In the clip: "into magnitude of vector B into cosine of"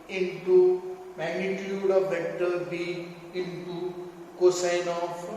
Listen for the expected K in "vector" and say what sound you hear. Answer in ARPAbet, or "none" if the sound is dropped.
none